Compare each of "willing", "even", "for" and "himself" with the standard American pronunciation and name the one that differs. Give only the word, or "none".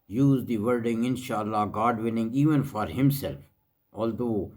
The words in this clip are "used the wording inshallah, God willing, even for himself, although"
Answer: willing